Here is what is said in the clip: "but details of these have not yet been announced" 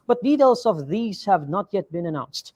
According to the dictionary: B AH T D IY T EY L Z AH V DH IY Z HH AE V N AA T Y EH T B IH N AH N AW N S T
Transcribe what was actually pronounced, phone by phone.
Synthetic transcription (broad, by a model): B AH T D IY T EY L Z AH V DH IY Z HH AE V N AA T Y EH T B IH N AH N AW N S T